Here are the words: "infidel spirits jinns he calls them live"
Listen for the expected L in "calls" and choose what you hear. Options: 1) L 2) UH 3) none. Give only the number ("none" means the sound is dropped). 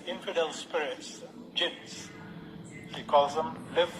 3